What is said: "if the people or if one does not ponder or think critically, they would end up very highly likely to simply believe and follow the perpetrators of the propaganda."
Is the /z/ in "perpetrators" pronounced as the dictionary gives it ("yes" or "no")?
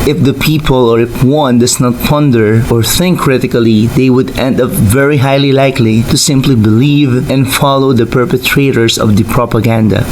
no